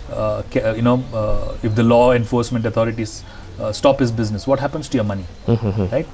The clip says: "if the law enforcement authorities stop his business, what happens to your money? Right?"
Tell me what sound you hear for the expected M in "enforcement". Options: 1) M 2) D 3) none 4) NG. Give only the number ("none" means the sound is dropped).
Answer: 1